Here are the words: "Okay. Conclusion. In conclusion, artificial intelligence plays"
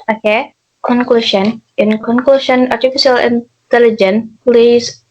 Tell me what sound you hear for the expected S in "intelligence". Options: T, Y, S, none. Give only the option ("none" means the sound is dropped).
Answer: none